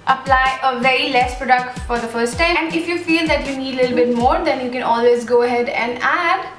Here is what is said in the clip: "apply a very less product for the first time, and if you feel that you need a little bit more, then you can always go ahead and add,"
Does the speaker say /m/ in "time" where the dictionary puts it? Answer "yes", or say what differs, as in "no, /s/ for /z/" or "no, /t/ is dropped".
no, /m/ is dropped